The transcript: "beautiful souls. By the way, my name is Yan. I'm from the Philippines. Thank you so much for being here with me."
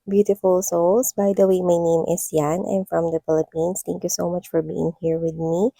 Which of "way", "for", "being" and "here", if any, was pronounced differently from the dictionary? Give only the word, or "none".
none